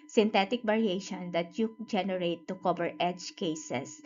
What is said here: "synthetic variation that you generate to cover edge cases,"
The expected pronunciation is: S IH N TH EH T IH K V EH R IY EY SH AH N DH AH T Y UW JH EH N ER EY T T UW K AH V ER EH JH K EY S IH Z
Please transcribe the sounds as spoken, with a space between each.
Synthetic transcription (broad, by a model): S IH N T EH T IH K B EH R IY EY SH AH N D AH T Y UW JH EH N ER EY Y T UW K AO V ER EH JH K EY S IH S